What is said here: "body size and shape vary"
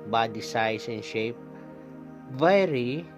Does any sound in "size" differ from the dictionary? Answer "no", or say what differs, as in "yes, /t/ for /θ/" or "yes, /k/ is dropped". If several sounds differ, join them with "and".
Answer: yes, /s/ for /z/